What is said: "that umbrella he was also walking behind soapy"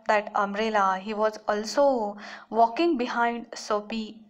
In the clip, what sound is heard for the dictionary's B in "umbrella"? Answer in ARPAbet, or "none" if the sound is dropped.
none